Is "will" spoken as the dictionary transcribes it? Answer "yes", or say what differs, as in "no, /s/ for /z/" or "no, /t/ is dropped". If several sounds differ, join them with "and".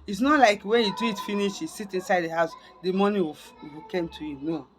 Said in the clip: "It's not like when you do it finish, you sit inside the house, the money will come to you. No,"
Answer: no, /w/ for /l/